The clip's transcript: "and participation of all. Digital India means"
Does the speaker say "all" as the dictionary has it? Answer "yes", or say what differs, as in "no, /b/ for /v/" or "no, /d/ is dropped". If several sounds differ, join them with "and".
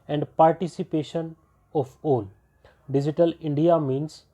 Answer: no, /n/ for /l/